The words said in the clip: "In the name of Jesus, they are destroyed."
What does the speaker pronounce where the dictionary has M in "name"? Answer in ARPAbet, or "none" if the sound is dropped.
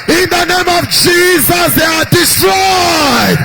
M